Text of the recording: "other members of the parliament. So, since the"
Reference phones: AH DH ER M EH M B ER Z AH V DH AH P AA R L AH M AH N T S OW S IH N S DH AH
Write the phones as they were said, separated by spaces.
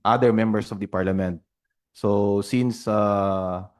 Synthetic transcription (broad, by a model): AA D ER M EH M B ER S AH V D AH P AA R L AH M AH N T S OW S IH N S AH